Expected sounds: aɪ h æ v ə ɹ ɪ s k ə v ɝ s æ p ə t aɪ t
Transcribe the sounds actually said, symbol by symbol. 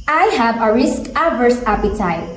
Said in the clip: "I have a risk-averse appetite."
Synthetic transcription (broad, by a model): aɪ h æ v ə ɹ ɪ s k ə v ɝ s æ p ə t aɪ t